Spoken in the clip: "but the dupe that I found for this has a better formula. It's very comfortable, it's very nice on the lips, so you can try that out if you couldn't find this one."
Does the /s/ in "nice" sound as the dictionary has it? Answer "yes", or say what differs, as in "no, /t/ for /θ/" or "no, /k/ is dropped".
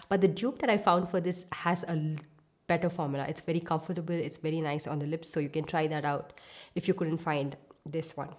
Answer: yes